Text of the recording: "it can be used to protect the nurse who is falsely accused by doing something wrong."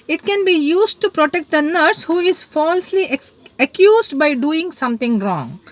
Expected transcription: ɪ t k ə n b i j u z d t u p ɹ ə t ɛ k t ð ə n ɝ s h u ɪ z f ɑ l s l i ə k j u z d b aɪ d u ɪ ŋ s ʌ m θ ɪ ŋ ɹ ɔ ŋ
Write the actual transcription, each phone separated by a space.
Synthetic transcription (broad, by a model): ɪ t k ə n b i j u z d t u p ɹ ə t ɛ k t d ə n ɝ s h u ɪ z f ɑ l s l i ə k j u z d b aɪ d u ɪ ŋ s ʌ m t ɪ ŋ ɹ ɔ ŋ